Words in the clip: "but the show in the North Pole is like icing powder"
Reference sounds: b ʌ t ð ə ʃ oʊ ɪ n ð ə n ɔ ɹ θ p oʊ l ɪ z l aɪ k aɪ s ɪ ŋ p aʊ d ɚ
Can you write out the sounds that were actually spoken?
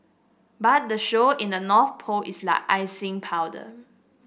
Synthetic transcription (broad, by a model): b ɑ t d ə ʃ oʊ ɪ n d ə n ɔ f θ p oʊ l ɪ s l aɪ k aɪ s ɪ ŋ p aʊ d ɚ